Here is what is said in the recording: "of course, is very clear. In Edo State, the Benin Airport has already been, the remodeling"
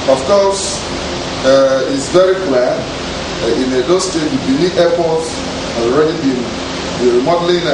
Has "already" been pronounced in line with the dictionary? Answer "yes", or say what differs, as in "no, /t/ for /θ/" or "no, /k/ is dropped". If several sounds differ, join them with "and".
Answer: yes